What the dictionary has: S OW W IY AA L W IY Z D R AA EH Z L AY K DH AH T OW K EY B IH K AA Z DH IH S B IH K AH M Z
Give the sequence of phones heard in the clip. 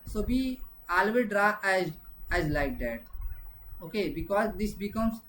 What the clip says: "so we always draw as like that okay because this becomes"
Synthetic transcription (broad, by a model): S OW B IY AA L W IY D R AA EH Z L AY K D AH T OW K EY B IH K AA Z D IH S B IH K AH M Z